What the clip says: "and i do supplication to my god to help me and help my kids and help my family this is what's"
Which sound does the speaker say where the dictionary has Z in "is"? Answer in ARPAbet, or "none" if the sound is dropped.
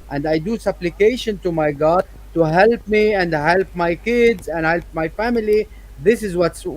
Z